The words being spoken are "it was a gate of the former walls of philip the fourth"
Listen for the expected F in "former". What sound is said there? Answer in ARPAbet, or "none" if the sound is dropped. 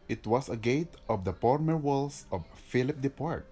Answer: P